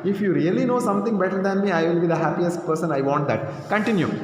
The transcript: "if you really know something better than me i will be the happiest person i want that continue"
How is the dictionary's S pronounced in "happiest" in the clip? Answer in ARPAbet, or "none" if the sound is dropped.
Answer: S